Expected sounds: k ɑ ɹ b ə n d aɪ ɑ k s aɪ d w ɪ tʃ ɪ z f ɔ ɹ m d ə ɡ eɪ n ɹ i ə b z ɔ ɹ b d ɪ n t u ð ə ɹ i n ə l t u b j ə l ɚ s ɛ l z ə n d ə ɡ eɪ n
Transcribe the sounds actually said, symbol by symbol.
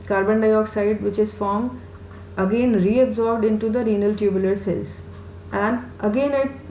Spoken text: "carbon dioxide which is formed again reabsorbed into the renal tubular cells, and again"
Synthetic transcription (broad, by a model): k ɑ ɹ b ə n d aɪ ɑ k s aɪ d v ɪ tʃ ɪ z f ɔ ɹ m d ə ɡ eɪ n ɹ i ə b z ɔ ɹ b d ɪ n t u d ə ɹ i n ə l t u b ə l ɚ s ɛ z ə n d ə ɡ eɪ n